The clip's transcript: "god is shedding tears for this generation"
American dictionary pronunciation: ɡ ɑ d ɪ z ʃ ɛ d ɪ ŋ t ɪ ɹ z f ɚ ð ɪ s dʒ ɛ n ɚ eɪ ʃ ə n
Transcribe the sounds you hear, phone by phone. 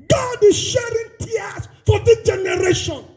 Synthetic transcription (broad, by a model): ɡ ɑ d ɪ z ʃ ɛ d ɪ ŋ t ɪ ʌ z f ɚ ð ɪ dʒ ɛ n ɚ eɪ ʃ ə n